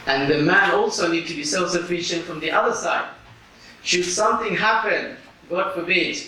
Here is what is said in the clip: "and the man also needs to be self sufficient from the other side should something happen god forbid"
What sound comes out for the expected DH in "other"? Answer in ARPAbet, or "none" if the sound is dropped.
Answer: DH